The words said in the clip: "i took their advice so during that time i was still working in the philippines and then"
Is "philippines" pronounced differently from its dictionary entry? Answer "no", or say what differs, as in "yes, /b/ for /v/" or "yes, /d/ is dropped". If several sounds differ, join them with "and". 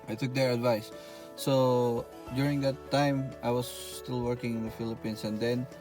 yes, /s/ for /z/